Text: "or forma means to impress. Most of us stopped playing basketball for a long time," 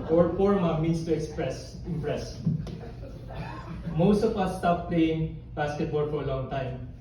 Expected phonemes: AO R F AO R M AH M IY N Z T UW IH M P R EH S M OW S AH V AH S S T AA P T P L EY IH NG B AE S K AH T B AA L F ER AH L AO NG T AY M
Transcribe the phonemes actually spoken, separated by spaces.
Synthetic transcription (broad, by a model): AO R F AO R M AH M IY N S T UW IH M P R EH S M OW S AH P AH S S T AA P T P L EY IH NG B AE S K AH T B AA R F AH L AO NG T AY M